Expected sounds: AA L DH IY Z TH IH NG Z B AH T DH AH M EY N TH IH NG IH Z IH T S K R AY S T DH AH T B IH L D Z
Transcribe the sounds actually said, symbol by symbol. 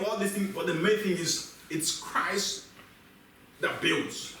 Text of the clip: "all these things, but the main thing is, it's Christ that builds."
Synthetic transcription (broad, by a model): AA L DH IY TH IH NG B AH T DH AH M EY N TH IH NG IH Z IH T S K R AY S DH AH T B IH L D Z